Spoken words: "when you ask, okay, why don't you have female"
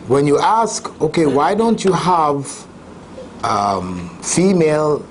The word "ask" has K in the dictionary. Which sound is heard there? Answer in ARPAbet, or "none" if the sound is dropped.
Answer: K